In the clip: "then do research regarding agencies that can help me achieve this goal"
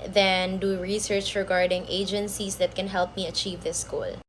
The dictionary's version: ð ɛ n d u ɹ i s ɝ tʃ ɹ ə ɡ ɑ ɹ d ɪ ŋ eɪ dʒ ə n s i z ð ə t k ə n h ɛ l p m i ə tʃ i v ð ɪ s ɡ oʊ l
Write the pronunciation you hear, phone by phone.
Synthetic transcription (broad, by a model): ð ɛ n d u ɹ i s ɝ tʃ ɹ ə ɡ ɑ ɹ d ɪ ŋ eɪ dʒ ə n s i s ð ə t k ə n h ɛ l p m i ə tʃ i v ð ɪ s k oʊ l